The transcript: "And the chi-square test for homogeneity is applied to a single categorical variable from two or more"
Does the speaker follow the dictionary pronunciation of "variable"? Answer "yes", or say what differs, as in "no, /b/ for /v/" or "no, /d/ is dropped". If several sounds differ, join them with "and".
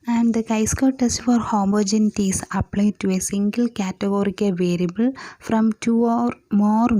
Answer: yes